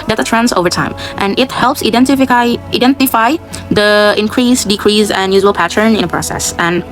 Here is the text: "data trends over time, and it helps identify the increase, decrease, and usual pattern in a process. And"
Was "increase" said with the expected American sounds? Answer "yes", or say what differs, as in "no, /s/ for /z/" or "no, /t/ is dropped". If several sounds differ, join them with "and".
yes